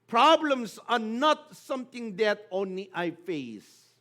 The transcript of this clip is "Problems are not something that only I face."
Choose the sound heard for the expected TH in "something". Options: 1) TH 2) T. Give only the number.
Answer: 2